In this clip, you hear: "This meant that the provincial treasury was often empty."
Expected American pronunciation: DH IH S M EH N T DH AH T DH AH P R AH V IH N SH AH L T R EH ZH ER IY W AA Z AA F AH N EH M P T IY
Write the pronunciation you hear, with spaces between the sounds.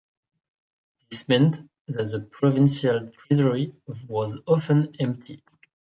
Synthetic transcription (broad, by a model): DH IH S M EH N T DH AH T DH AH P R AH V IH N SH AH L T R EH Z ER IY W AA Z AA F AH N EH M P T IY